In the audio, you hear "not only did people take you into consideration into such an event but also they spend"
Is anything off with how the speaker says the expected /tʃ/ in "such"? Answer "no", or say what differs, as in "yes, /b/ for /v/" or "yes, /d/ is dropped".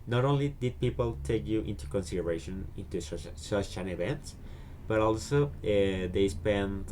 yes, /ʃ/ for /tʃ/